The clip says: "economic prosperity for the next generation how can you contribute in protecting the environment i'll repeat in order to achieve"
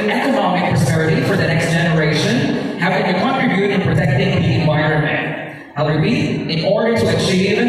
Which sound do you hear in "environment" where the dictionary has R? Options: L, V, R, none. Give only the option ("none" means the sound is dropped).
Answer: none